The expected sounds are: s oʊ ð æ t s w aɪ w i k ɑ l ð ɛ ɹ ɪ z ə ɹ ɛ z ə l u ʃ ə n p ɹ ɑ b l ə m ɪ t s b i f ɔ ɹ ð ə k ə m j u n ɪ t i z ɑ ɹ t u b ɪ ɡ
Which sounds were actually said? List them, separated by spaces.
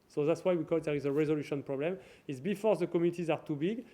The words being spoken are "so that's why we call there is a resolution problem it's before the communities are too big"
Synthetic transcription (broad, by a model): s oʊ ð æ t s w aɪ w i k ɑ l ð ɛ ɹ ɪ z ə ɹ ɛ z ə l u ʃ ə n p ɹ ɑ b l ə m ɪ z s b i f ɔ ɹ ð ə k ə m j u n ɪ t i z ɑ ɹ t u b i ɡ